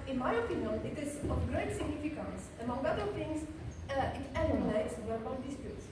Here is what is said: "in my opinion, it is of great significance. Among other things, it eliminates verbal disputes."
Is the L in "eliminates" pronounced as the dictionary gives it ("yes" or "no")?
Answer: no